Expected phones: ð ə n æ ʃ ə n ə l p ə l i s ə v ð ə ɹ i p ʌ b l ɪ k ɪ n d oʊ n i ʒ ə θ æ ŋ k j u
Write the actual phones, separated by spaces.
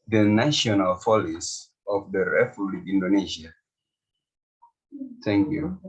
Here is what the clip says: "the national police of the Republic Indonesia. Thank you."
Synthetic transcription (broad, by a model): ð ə n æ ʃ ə n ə l f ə l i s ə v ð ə ɹ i f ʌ l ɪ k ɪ n d oʊ n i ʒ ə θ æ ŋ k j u